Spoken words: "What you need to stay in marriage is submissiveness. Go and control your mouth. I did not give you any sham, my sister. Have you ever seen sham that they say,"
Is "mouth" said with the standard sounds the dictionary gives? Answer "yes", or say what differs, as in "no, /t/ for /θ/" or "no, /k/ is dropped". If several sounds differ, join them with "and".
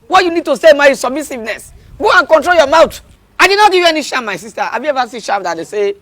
no, /t/ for /θ/